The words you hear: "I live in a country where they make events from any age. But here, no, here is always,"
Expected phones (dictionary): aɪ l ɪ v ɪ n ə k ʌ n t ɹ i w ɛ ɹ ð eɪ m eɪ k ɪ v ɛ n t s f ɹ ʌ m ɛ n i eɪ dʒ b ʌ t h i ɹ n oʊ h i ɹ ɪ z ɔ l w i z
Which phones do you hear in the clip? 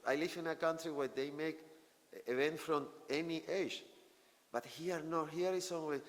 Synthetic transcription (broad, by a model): aɪ l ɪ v ɪ n ə k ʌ n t ɹ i w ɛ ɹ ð eɪ m eɪ k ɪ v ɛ n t f ɹ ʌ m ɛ n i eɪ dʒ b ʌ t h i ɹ n oʊ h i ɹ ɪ s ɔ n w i